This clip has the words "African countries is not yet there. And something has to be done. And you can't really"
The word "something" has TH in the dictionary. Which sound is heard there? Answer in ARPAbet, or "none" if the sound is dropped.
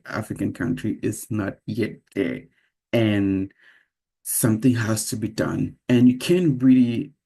TH